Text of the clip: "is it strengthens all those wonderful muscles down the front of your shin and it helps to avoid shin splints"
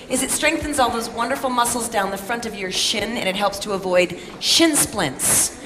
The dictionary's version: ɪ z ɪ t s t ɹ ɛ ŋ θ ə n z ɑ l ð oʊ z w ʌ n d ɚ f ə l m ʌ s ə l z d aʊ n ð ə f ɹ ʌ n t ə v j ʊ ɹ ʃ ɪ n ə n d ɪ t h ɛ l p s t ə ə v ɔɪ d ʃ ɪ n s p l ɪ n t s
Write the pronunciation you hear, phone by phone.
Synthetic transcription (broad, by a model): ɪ z ɪ t s t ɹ ɛ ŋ θ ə n z ɑ l ð oʊ z w ʌ n d ɚ f l m ʌ s l z d aʊ n ð ə f ɹ ʌ n t ə v j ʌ ɹ ʃ ɪ n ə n ɪ t h ɛ l p s t ə ə v ɔɪ d ʃ ɪ n s p l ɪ n t s